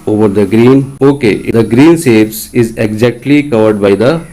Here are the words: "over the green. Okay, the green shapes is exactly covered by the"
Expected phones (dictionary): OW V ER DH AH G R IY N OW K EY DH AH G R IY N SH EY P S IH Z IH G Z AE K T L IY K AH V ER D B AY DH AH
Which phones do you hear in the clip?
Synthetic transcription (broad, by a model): OW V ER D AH G R IY N OW K EY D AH G R IY N S EY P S IH Z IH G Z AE K T L IY K AH V ER D B AY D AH